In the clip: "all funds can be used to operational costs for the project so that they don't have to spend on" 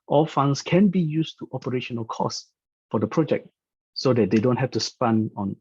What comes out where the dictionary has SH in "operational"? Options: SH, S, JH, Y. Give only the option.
SH